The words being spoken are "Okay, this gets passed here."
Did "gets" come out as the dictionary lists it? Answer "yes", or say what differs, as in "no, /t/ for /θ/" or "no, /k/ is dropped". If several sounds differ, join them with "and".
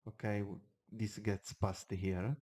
yes